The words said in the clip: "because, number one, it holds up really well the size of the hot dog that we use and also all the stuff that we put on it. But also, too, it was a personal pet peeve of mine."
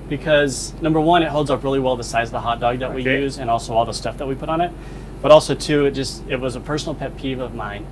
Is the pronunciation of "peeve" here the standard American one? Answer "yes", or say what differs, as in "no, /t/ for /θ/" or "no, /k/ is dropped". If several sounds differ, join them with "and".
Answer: yes